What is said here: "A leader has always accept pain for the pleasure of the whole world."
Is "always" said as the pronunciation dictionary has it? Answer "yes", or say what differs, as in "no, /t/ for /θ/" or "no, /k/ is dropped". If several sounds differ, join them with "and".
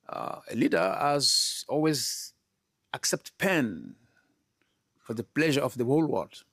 yes